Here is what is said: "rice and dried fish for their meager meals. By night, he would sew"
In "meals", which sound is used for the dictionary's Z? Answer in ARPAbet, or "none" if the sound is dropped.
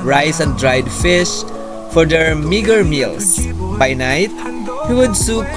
S